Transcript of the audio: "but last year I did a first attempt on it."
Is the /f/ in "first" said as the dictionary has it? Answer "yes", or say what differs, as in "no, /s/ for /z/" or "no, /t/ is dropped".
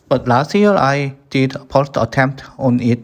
no, /p/ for /f/